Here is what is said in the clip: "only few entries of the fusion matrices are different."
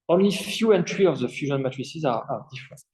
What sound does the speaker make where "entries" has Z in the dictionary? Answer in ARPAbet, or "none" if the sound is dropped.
none